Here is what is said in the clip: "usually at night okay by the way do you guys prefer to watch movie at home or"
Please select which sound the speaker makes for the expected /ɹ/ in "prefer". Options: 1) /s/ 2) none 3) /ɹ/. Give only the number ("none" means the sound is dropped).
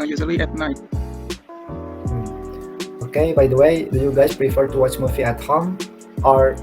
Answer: 3